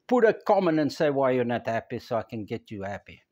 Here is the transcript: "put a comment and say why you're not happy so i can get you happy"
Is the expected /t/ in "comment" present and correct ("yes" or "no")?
no